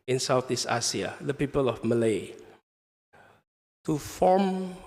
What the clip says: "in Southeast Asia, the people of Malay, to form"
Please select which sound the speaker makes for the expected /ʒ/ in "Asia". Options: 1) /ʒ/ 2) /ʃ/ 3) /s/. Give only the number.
3